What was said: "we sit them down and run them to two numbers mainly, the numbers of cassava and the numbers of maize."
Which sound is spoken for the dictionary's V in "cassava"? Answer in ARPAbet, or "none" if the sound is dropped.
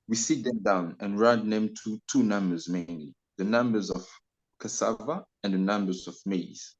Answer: V